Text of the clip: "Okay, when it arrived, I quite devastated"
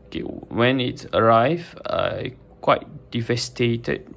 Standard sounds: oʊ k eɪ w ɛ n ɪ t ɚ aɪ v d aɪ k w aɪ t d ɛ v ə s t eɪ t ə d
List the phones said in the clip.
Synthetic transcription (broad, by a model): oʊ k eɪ w ɛ n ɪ t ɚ aɪ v aɪ k w aɪ t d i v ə s t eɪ t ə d